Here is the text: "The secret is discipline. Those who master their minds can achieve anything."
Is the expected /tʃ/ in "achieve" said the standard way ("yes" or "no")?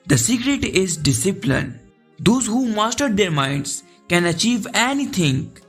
yes